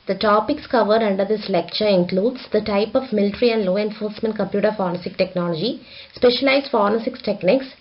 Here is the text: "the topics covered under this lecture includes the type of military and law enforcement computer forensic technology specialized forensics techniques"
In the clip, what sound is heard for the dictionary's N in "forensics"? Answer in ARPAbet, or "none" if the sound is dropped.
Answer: none